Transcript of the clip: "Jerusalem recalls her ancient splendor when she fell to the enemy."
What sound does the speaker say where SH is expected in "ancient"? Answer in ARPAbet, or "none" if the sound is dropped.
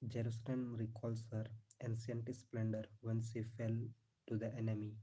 S